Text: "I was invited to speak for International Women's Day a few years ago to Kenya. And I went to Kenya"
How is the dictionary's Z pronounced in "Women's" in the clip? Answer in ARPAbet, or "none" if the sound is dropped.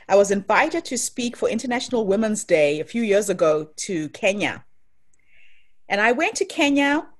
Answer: Z